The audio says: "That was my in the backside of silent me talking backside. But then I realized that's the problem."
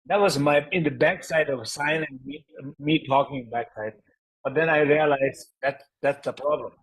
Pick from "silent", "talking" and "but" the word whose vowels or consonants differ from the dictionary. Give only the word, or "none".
silent